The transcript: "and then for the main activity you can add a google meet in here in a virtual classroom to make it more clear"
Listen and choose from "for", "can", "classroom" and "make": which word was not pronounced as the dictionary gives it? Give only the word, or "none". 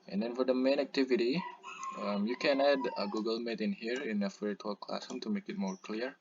classroom